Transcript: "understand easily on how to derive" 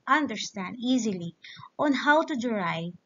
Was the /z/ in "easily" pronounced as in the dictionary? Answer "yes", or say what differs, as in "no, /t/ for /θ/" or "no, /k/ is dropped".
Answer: yes